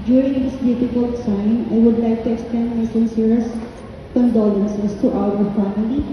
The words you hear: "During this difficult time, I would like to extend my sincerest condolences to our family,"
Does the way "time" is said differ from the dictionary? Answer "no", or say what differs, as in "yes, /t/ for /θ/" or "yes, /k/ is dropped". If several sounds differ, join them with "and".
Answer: yes, /s/ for /t/